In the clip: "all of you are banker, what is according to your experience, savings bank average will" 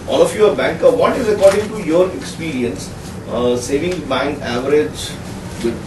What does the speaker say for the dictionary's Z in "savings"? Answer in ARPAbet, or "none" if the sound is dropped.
none